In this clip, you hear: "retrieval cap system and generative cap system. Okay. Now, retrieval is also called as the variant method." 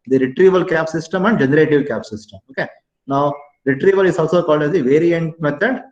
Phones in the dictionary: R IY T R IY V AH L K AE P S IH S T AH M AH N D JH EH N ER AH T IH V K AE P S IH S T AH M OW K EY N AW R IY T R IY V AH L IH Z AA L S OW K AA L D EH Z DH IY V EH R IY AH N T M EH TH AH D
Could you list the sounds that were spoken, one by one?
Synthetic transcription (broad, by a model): R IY T R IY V AH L K AE P S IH S T AH M AH N D JH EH N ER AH T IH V K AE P S IH S T AH M OW K EY N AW R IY T R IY V AH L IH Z AA L S OW K AA L D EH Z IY V EH R IY AH N T M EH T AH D